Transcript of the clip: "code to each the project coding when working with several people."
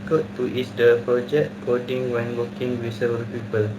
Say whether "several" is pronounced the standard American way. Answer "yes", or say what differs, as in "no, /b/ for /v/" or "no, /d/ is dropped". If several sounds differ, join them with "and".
no, /ɹ/ is dropped